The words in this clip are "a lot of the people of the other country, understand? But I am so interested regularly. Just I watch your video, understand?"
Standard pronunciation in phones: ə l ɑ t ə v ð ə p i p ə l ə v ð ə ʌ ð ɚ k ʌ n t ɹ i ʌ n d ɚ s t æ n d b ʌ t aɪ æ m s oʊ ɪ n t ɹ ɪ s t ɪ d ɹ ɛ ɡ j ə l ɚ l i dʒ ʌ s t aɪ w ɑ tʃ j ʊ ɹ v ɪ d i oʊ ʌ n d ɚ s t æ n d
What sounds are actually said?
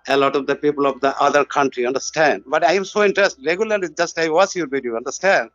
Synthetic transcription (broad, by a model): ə l ɑ t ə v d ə p i p ə l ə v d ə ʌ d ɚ k ʌ n t ɹ i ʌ n d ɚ s t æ n d b ʌ t aɪ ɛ m s oʊ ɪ n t ɹ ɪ s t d ɹ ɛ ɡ j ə l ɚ l i dʒ ʌ s t aɪ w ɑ s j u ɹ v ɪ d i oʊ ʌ n d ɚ s t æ n d